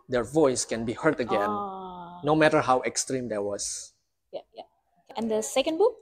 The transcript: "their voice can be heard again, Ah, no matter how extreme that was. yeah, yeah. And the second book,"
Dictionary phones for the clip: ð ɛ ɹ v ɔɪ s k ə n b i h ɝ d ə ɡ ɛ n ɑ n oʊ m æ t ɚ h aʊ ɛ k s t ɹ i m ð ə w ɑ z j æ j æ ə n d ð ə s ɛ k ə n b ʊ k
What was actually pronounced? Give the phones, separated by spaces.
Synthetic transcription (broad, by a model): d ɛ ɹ v ɔɪ s k ə n b i h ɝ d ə ɡ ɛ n n oʊ m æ t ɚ h aʊ ɛ k s t ɹ i m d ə w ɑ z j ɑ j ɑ ə n d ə s ɛ k ə n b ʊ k